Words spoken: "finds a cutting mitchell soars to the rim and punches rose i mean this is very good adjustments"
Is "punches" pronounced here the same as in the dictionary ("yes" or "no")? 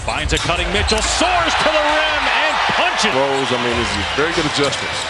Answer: no